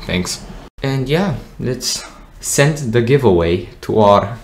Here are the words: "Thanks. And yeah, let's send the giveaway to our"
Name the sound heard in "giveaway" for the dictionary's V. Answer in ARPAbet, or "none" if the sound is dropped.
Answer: V